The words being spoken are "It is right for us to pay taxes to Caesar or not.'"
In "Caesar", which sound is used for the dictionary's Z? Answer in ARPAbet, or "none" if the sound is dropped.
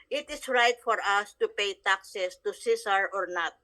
S